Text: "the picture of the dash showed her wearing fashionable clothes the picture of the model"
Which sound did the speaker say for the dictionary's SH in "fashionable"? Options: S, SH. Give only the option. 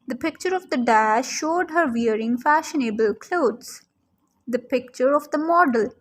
SH